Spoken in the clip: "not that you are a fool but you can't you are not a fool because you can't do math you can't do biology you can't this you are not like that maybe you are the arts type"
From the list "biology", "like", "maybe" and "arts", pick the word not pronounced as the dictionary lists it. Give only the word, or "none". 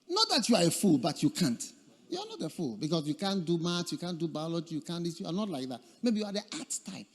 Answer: arts